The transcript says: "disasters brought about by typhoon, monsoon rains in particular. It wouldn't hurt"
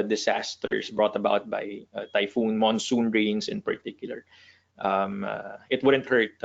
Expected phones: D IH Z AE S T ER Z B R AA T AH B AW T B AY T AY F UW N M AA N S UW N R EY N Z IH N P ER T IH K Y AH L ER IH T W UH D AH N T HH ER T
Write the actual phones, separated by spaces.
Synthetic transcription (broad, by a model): D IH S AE S T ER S B R AA T AH B AW T B AY T AY F UW N M AA N S UW N R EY N S IH N P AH T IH K Y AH L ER IH T W UH D AH N T HH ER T